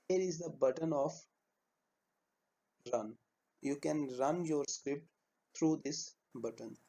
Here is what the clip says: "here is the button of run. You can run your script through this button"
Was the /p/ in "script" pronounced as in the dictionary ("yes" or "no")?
yes